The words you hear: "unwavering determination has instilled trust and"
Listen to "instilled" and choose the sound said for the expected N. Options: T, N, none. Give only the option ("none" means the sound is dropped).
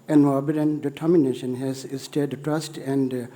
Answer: none